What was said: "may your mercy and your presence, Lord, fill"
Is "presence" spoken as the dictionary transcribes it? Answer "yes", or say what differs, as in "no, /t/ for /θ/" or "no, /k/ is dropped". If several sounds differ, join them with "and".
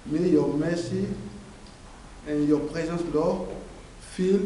no, /n/ is dropped